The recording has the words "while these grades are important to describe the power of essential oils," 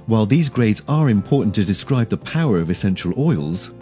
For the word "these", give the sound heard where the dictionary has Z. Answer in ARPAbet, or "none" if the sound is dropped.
Z